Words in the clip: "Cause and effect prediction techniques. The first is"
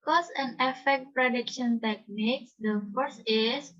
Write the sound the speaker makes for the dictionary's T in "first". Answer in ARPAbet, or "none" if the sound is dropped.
none